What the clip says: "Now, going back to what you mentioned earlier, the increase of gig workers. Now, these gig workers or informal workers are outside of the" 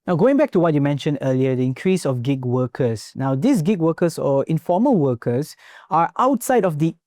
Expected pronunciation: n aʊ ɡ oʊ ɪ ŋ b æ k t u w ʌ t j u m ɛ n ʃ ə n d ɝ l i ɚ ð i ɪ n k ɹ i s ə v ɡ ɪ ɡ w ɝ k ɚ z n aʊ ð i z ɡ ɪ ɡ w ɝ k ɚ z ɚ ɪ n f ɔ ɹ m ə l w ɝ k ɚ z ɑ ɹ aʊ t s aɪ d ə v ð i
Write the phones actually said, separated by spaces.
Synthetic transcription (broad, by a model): n aʊ ɡ oʊ ɪ ŋ b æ k t u w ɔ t j u m ɛ n ʃ ə n d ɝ l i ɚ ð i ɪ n k ɹ i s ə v ɡ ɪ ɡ w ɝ k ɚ s n aʊ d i s ɡ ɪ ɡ w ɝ k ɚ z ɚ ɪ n f ɔ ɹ m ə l w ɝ k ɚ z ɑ ɹ aʊ t s aɪ d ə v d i